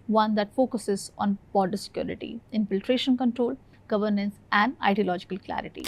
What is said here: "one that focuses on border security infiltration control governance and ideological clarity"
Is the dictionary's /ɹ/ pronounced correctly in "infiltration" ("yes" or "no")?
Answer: yes